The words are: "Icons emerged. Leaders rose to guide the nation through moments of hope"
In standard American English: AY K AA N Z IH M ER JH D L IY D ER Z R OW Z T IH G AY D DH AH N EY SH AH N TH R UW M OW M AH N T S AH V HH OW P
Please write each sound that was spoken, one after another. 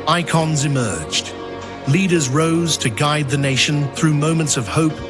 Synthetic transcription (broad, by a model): AY K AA N Z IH M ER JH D L IY D ER Z R OW Z T IH G AY D DH AH N EY SH AH N TH R UW M OW M AH N T S AH V HH OW P